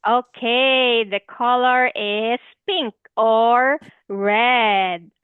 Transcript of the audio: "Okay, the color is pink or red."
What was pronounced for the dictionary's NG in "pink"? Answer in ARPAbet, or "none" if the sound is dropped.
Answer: NG